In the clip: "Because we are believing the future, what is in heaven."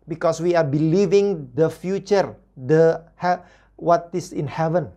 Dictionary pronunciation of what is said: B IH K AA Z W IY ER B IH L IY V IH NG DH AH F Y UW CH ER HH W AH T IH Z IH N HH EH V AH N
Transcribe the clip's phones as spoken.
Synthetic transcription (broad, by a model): B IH K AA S W IY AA B IH L IY V IH NG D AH F Y UW CH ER HH W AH T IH S IH N HH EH V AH N